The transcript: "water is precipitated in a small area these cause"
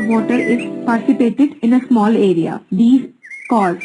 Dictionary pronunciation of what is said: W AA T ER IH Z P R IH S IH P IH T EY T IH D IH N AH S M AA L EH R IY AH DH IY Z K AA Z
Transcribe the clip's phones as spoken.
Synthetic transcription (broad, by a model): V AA T ER IH Z P IH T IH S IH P EY T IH D IH N AH S M AA L EH R IY AH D IY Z K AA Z